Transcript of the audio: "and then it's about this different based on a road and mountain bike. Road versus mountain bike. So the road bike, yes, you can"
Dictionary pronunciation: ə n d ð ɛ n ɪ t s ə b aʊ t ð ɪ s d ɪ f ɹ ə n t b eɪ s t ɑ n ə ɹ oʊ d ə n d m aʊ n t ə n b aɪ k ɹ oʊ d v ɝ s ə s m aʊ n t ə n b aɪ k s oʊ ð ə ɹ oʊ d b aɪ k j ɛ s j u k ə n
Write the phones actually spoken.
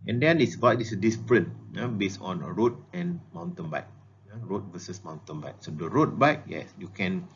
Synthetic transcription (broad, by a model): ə n d ɛ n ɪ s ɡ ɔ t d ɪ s d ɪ p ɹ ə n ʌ b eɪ s ɑ n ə ɹ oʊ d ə n m aʊ n t ə n b aɪ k ɹ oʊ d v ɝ s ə s m aʊ n t ə n b aɪ k s oʊ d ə ɹ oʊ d b aɪ k j ɛ s j u k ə n